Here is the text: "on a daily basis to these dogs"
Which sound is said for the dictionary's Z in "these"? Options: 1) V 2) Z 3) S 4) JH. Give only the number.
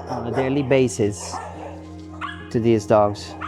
2